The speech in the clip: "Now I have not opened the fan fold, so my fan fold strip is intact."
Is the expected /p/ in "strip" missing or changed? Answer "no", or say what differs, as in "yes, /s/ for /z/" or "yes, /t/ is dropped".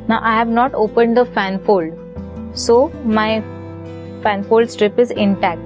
no